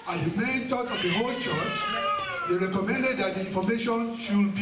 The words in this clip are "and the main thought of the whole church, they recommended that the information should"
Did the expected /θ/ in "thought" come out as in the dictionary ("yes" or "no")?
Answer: no